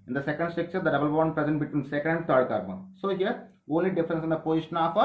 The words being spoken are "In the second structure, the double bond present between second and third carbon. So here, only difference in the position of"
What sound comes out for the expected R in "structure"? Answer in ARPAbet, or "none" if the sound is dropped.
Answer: none